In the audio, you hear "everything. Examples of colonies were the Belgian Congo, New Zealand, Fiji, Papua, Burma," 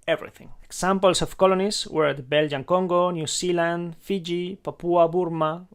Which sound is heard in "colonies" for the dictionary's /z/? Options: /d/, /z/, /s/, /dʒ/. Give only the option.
/s/